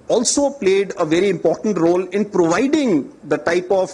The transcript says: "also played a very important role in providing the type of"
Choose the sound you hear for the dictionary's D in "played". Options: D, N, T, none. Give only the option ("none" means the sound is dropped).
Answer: D